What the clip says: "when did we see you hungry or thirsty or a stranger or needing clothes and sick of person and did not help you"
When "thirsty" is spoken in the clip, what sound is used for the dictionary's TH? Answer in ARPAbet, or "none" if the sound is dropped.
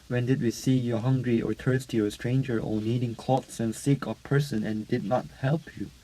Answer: T